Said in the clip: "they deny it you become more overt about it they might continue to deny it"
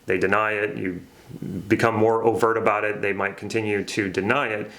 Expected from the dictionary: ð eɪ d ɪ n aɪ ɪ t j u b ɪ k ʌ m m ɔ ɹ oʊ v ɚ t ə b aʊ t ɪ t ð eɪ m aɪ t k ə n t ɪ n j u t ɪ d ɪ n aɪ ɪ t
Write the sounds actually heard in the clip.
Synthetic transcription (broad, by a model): ð eɪ d ɪ n aɪ ɪ t j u b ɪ k ʌ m m ɔ ɹ oʊ v ɚ t ə b aʊ t ɪ t ð eɪ m aɪ t k n t ɪ n j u t ɪ d ɪ n aɪ ɪ t